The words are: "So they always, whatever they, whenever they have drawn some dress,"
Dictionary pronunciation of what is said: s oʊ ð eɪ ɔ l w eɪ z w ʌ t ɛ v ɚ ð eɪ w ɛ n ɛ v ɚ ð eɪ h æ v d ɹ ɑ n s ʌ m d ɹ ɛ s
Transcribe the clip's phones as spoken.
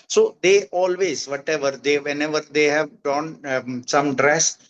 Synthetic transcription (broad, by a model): s oʊ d eɪ ɔ l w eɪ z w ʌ t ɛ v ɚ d eɪ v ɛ n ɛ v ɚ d eɪ h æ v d ɑ n s ʌ m d ɹ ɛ s